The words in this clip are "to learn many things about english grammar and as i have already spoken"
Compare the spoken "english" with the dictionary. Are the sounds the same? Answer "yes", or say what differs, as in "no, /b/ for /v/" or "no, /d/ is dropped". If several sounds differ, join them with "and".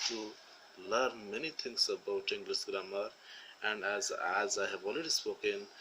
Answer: no, /s/ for /ʃ/